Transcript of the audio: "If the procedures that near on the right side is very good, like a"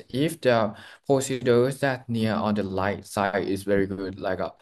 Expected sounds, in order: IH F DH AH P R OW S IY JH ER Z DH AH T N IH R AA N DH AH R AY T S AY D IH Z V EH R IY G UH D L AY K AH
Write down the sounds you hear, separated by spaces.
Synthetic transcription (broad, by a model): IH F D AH P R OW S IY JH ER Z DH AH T N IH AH AA N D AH L AY T S AY D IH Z V EH R IY G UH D L AY K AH